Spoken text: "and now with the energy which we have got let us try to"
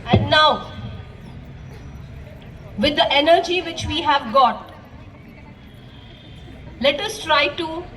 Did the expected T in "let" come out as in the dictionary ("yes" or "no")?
yes